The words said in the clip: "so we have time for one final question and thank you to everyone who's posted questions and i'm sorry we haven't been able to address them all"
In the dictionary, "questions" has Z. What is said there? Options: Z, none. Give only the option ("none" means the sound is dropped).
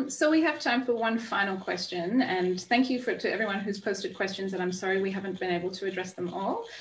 Z